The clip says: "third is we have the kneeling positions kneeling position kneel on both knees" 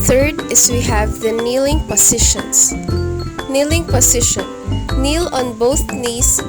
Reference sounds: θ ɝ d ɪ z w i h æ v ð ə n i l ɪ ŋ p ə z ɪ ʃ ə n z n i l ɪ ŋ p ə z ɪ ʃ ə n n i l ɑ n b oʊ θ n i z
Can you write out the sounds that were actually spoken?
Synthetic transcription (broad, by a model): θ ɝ d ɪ s w i h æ v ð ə n i l ɪ ŋ p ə s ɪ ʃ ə n s n i l ɪ ŋ p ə s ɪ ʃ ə n n i l ɑ n b oʊ θ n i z